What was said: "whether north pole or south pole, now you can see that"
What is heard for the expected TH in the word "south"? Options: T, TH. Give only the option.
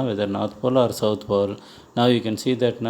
T